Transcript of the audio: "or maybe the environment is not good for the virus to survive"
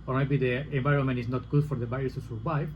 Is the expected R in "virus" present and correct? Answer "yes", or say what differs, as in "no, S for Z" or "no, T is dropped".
no, R is dropped